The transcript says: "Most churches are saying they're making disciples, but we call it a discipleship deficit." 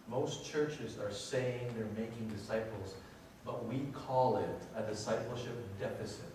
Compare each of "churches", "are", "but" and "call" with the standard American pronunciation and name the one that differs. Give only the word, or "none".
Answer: none